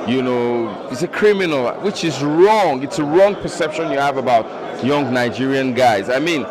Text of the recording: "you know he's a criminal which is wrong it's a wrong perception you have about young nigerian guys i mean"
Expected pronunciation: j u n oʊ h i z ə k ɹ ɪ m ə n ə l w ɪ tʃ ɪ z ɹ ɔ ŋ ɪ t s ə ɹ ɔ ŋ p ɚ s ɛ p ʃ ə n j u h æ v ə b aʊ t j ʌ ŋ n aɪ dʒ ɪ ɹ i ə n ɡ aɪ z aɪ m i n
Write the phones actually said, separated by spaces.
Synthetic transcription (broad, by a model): j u n oʊ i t ə k ɹ ɪ m ə n ə l w ɪ tʃ ɪ z ɹ ɔ ŋ ɪ t s ə ɹ ɔ ŋ p ɚ s ɛ p ʃ ə n j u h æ v ə b aʊ t j ʌ ŋ n aɪ dʒ ɪ ɹ i ə n ɡ aɪ z aɪ m i n